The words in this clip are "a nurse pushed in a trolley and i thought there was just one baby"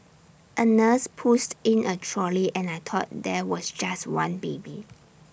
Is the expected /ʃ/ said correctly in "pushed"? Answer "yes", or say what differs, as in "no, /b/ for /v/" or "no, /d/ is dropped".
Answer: no, /s/ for /ʃ/